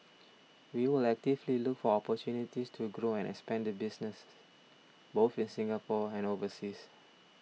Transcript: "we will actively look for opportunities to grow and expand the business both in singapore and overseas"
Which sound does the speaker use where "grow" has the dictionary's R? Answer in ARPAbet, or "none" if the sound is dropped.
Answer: R